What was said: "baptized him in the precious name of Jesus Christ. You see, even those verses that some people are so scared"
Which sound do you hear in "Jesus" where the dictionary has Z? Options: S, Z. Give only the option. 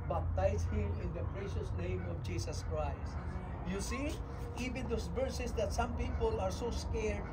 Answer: S